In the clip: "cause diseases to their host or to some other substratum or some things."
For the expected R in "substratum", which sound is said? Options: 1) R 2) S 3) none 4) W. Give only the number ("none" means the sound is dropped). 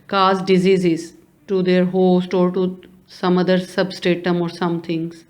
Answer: 3